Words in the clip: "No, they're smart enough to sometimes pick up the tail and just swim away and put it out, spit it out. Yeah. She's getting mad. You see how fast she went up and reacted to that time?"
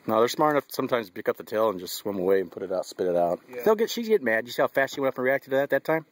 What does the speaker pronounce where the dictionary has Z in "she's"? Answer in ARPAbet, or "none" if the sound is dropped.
Z